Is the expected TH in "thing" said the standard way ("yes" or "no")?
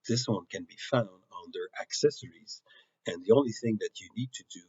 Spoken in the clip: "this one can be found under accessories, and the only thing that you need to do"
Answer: yes